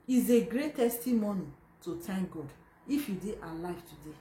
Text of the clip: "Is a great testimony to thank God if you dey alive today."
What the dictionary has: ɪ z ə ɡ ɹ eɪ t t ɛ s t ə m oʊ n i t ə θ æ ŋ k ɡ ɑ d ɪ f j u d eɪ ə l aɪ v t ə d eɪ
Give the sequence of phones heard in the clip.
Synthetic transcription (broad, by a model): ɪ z ə ɡ ɹ eɪ t t ɛ s t ə m oʊ n i t ə t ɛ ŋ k ɡ ɑ d ɪ f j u d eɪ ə l aɪ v t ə d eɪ